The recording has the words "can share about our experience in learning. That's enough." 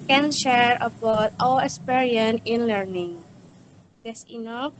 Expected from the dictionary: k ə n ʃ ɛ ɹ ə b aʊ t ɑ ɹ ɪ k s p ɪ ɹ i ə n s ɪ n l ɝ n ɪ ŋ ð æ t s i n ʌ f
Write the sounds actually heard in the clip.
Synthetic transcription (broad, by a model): k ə n ʃ ɛ ɹ ə b aʊ t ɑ l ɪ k s p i ɹ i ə n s ɪ n l ɝ n ɪ ŋ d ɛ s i n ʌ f